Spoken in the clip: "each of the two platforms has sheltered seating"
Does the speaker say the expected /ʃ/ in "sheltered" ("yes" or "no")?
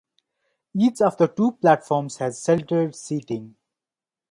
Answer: no